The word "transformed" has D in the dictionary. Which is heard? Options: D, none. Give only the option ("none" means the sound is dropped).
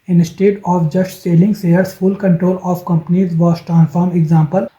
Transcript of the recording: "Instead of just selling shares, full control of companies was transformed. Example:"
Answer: none